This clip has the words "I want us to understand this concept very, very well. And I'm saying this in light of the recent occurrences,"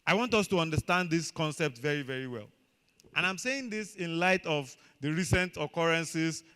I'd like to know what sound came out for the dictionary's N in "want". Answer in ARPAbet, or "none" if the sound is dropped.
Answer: N